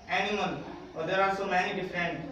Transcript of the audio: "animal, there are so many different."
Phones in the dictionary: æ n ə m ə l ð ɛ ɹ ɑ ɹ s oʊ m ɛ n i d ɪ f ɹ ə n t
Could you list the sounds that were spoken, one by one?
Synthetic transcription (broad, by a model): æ n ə m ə l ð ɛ ɹ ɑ l s oʊ m ɛ n i d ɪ f ɹ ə n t